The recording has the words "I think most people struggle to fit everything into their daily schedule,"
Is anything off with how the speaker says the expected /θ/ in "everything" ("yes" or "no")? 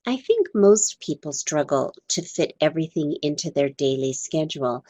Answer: no